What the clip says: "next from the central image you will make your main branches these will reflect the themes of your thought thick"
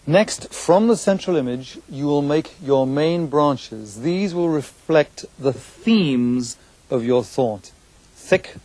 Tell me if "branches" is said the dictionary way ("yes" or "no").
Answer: yes